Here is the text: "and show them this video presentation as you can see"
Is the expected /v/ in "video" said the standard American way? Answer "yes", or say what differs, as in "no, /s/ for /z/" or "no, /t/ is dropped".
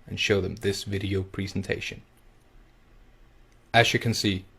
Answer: yes